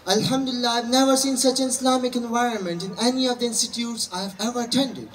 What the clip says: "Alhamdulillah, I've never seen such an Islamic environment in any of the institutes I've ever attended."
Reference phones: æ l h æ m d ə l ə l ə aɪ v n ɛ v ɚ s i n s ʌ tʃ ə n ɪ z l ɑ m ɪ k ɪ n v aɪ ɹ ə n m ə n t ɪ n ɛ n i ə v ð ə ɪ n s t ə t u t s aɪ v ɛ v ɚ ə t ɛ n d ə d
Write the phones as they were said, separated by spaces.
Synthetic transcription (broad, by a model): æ l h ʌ m d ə l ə l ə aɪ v n ɛ v ɚ s i n s ʌ tʃ ə n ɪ s l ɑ m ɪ k ɪ n v aɪ ɹ ə n m ə n t ɪ n ɛ n i ə v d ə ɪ n s t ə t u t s aɪ v ɛ v ɚ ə t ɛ n d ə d